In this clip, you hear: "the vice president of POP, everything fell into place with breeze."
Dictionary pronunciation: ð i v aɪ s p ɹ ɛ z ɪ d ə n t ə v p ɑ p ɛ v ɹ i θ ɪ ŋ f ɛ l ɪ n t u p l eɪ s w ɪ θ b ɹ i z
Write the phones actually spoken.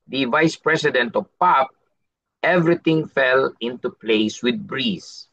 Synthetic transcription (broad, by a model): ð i v aɪ s p ɹ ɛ s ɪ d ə n t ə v p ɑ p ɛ v ɹ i t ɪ ŋ f ɛ l ɪ n t u p l eɪ s w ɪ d b ɹ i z